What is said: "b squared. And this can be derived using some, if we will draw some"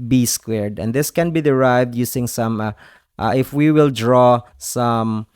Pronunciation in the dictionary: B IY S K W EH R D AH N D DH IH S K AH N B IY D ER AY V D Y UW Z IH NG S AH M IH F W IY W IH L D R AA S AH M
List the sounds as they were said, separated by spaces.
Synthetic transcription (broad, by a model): B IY S K W EH R D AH N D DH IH S K AH N B IY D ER AY V D Y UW S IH NG S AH M IH F W IY W IH L D R AA S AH M